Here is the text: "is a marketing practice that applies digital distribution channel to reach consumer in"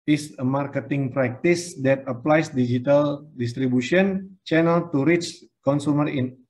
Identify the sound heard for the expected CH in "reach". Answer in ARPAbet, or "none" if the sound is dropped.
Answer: CH